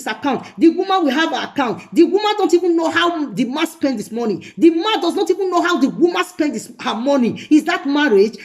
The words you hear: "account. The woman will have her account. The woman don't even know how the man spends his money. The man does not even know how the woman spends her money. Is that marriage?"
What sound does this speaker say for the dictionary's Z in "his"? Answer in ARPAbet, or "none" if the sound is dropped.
S